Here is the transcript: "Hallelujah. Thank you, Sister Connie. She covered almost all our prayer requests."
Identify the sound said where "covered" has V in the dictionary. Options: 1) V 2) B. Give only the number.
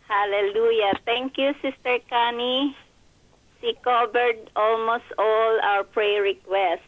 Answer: 2